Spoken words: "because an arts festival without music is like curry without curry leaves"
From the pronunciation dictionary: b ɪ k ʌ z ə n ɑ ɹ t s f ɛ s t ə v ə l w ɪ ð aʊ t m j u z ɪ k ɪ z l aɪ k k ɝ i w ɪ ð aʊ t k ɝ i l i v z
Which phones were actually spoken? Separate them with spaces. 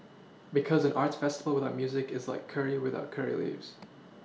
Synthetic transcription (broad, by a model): b ɪ k ʌ z ə n ɑ ɹ t s f ɛ s t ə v l w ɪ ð aʊ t m j u z ɪ k ɪ z l aɪ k k ɝ i w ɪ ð aʊ t k ɝ i l i v z